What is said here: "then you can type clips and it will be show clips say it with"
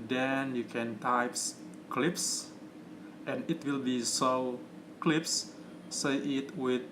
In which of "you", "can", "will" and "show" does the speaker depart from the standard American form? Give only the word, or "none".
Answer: show